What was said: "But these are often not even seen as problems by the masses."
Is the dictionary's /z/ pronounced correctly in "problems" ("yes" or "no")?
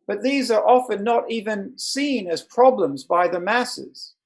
yes